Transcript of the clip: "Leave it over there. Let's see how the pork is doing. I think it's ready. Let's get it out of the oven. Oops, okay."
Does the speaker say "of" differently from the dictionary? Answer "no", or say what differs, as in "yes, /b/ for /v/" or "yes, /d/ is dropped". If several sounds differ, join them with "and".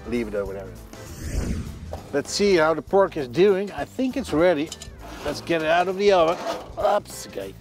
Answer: no